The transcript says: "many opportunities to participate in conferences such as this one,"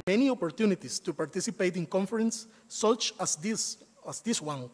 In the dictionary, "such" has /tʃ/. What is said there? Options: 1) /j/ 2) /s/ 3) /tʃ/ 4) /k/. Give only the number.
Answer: 2